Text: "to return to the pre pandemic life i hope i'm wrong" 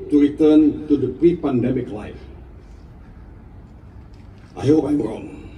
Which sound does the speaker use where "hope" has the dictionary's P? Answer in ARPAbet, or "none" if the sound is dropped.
none